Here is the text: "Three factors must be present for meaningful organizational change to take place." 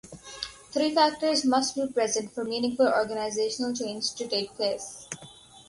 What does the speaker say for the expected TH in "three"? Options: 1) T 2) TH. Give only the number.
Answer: 1